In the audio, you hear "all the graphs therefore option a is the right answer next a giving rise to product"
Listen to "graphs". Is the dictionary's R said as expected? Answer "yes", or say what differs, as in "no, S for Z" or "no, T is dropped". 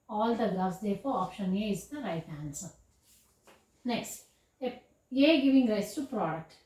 no, L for R